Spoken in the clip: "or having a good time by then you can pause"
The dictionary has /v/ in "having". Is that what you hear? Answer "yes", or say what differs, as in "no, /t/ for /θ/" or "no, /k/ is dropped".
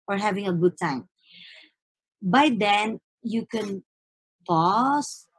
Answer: yes